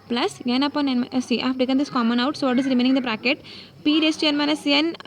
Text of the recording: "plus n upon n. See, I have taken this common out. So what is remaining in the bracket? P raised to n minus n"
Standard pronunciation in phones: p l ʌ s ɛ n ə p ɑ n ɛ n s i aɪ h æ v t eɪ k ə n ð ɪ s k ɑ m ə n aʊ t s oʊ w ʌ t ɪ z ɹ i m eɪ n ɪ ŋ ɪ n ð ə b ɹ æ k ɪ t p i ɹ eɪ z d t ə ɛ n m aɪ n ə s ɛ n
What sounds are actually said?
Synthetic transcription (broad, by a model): p l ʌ s ɛ n ə p ɑ n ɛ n s i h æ f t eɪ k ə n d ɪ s k ɑ m ə n aʊ t s oʊ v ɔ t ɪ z ɹ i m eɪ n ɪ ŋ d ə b ɹ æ k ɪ t p i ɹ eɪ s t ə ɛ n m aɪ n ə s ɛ n